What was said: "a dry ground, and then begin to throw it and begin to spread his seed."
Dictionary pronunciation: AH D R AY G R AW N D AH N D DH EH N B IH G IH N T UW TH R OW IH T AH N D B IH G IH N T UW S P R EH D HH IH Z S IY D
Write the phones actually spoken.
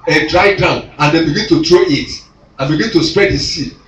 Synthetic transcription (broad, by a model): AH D R AY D AW N AH N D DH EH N B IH G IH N T UW T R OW IH T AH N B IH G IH N T UW S P R EH D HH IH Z S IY